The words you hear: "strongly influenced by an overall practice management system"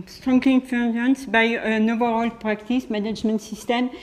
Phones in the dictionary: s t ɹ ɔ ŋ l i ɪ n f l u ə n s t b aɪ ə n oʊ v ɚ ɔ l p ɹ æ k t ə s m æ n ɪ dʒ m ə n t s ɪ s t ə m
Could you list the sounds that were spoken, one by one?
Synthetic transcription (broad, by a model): s t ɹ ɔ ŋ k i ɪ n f u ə n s b aɪ ə n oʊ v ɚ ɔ l p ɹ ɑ k t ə s m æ n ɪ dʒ m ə n t s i s t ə m